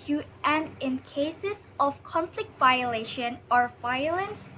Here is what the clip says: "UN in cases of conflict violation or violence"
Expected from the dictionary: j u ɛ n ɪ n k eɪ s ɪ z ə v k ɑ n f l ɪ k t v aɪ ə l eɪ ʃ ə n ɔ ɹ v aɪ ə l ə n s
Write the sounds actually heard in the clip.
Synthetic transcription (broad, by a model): j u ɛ n ɪ n k eɪ s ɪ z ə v k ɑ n f l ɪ k t v aɪ ə l eɪ ʃ ə n ɔ ɹ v aɪ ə l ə n s